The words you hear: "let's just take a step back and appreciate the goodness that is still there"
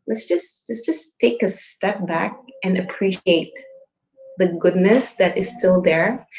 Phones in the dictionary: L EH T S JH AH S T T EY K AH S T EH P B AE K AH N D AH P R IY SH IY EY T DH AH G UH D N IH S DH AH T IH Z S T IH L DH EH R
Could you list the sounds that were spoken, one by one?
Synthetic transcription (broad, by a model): L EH T S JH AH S T T EY K AH S T EH P B AE K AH N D AH P R IY SH IY EY T DH AH G UH D N IH S DH AH T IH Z S T IH L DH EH R